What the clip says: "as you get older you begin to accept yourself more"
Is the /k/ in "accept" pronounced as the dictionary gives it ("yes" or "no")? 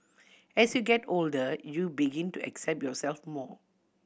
yes